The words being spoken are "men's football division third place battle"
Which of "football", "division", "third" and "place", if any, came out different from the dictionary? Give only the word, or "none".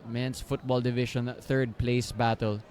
division